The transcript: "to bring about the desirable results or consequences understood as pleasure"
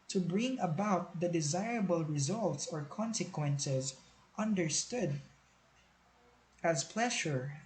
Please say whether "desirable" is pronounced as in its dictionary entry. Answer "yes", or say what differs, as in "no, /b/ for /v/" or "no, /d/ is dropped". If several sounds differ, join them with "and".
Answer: yes